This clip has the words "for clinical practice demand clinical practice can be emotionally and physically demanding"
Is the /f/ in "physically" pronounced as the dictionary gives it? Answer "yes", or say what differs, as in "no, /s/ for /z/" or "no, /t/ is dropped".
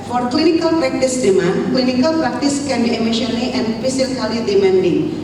no, /p/ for /f/